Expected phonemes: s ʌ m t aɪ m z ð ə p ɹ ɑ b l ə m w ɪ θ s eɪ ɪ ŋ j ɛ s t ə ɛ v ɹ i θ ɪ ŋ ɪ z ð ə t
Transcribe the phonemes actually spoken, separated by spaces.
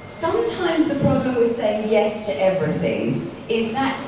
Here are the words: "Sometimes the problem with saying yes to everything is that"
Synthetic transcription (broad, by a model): s ʌ m t aɪ m z ð ə p ɹ ɑ b l ə m w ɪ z s eɪ ɪ ŋ j ɛ s t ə ɛ v ɹ i θ ɪ ŋ ɪ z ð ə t